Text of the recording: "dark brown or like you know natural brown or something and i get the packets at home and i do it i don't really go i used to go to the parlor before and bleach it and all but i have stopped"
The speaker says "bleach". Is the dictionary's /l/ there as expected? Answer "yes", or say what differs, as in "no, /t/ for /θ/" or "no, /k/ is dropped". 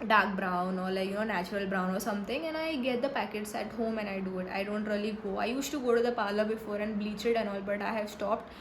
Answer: yes